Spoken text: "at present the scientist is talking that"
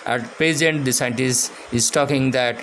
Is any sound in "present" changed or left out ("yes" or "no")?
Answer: yes